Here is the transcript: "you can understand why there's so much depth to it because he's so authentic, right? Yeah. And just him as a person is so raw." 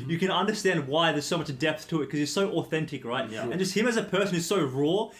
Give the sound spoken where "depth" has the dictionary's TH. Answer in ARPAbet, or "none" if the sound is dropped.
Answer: TH